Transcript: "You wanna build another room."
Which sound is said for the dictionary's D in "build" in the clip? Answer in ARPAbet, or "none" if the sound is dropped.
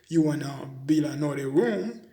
none